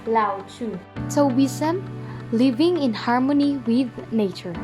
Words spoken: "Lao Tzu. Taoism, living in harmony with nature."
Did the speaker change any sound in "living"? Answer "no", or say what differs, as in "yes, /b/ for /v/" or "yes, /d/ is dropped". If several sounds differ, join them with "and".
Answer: no